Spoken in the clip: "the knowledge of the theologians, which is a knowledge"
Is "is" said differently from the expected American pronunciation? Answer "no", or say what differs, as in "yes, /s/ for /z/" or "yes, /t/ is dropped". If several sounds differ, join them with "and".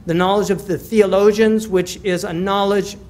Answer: no